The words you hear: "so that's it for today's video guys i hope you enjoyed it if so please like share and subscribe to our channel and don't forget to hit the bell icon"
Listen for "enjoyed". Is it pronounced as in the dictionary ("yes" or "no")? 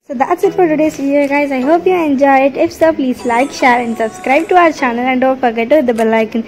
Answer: no